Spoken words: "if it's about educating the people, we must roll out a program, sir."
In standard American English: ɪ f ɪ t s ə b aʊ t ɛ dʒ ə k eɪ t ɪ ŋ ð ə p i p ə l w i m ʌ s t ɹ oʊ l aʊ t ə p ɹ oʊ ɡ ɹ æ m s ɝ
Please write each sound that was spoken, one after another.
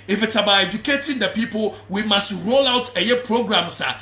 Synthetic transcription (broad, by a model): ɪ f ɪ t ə b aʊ ɛ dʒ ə k eɪ t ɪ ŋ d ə p i p ə l w i m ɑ s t ɹ oʊ l aʊ t ə p ɹ oʊ ɡ ɹ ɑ m s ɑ